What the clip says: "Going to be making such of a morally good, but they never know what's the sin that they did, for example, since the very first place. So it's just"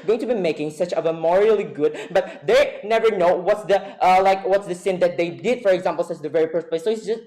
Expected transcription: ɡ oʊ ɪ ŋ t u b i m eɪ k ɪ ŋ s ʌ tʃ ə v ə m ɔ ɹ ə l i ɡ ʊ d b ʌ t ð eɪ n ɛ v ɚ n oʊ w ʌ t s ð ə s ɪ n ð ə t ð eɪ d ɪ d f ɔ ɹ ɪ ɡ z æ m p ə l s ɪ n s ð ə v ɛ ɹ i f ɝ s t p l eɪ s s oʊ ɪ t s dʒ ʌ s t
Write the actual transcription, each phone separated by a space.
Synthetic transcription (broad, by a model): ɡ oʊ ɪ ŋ t u b i m eɪ k ɪ ŋ s ʌ tʃ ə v ə m ɔ ɹ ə l i ɡ ʊ d b ʌ t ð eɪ n ɛ v ɚ n oʊ w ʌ t s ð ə s ɪ n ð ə t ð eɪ d ɪ d f ɔ ɹ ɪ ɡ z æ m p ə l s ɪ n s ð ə v ɛ ɹ i p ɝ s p eɪ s s oʊ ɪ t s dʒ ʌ s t